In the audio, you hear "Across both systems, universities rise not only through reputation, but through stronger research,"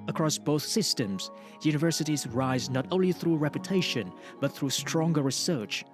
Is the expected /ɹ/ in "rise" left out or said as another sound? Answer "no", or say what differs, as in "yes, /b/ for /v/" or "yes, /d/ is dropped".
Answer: no